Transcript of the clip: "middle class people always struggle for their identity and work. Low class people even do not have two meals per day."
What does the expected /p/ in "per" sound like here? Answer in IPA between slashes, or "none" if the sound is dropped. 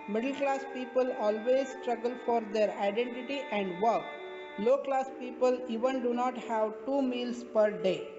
/p/